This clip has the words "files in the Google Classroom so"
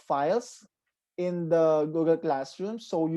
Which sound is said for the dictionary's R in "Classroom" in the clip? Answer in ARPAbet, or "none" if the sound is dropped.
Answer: R